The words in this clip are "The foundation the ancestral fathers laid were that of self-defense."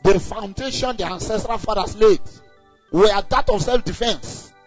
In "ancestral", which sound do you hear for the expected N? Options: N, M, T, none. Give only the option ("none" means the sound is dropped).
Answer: N